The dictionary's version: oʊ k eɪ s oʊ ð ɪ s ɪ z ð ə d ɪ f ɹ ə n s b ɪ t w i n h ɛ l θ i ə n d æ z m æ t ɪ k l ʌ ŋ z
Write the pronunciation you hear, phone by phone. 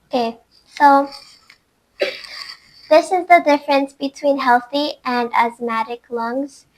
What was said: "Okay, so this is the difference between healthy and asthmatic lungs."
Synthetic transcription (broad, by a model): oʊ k eɪ s oʊ ð ɪ s ɪ z ð ə d ɪ f ɹ ə n s b ɪ t w i n h ɛ l θ i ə n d æ z m æ t ɪ k l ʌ ŋ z